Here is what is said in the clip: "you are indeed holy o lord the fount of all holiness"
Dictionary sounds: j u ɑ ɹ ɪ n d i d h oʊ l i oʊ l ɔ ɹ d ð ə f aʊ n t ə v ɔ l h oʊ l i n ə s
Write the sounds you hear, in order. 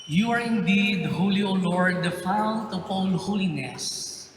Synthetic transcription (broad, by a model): j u ɑ ɹ ɪ n d i d h oʊ l i oʊ l ɔ ɹ d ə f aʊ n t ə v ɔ n h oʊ l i n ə s